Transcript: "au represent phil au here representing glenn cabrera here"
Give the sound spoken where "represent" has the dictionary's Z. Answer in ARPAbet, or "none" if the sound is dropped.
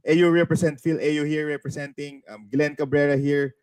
S